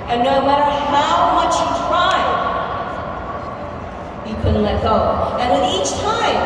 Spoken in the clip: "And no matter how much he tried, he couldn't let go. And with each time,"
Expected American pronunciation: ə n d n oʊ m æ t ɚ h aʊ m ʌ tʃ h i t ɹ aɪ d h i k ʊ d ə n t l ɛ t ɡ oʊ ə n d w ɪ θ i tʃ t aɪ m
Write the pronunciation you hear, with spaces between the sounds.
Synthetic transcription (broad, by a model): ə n n oʊ m æ t ɚ h aʊ m ʌ tʃ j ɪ t ɹ aɪ d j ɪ k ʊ d n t l ɛ t ɡ oʊ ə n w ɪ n i tʃ t aɪ m